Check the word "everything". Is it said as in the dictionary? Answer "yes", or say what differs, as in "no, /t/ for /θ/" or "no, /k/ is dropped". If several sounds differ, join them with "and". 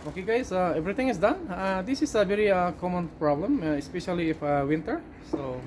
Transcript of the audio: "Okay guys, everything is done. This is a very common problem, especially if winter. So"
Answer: no, /t/ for /θ/